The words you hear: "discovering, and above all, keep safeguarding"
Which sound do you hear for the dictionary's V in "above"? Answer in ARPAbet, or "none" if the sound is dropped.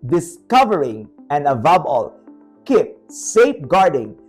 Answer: B